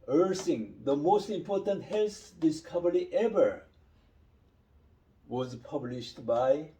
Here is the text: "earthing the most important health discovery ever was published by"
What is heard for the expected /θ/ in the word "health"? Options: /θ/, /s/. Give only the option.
/s/